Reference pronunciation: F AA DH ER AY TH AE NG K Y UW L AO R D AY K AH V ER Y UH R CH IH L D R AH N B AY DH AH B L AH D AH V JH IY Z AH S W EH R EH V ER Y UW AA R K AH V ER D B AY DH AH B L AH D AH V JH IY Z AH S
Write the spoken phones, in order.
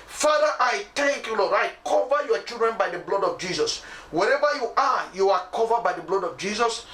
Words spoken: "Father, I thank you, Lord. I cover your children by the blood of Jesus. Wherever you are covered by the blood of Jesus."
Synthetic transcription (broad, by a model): F AA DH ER AY T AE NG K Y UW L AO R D AY K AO V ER Y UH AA CH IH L D R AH N B AY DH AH B L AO D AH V JH IY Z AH S W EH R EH V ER Y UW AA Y K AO V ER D B AY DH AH B L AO D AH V JH IY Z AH S